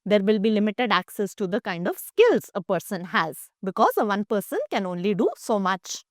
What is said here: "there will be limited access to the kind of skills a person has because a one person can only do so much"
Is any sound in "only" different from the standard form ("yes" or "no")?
no